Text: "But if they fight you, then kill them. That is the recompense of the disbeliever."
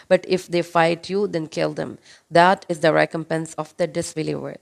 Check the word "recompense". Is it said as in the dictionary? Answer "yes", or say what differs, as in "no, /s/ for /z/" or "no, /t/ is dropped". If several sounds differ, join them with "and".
yes